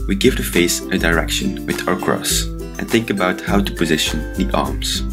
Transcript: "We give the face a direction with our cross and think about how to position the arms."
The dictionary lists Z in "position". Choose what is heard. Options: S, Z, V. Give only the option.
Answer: Z